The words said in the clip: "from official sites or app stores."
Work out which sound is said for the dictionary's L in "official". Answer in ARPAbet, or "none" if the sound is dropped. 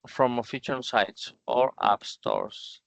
N